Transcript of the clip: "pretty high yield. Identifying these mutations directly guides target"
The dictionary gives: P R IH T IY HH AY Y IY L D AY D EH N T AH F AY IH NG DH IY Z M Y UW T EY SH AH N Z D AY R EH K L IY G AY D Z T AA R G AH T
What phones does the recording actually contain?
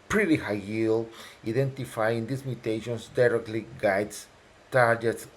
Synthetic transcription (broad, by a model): P R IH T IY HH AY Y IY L AY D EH N T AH F AY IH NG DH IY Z M Y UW T EY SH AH N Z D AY R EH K L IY G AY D S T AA R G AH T